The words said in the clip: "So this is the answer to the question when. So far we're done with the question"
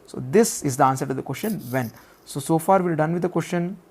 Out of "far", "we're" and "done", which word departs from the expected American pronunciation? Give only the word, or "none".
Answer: we're